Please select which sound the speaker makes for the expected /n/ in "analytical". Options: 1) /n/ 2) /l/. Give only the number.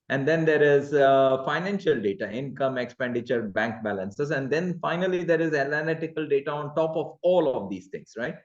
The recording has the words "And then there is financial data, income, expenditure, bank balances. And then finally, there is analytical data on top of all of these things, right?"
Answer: 2